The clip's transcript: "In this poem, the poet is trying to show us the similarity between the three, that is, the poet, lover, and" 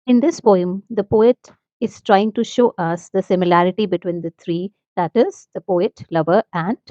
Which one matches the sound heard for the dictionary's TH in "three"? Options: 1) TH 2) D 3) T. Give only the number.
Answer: 3